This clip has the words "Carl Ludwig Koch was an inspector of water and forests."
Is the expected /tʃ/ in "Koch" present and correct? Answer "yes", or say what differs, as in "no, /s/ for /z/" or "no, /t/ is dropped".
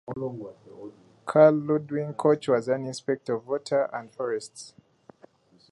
yes